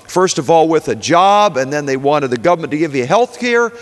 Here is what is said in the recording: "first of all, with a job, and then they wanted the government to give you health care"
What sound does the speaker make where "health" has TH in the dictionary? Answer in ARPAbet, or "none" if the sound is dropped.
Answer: TH